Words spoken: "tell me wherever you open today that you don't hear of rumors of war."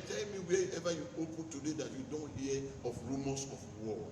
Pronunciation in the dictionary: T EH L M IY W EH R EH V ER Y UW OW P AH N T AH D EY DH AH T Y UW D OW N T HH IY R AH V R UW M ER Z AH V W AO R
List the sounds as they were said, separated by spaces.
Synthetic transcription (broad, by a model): T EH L M IY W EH EH V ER Y UW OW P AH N T AH D EY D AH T Y UW D OW N T HH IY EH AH F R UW M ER S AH F W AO